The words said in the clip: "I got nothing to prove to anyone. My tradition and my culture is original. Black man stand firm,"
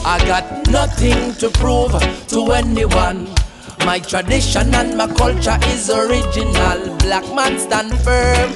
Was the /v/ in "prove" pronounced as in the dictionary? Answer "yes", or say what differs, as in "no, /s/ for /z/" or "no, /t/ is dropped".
yes